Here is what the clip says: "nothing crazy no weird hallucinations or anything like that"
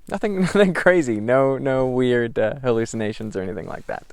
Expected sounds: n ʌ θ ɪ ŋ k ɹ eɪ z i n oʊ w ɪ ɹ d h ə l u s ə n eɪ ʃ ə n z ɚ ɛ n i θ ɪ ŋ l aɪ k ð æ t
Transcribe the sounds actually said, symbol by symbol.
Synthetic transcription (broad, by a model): n ʌ θ ɪ ŋ k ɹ eɪ z i n oʊ w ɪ ɹ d h ə l u s ə n eɪ ʃ ə n z ɚ ɛ n i θ ɪ ŋ l aɪ k ð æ t